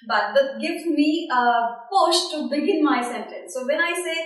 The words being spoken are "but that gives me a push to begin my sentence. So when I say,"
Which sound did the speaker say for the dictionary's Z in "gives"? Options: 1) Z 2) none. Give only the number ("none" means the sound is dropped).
2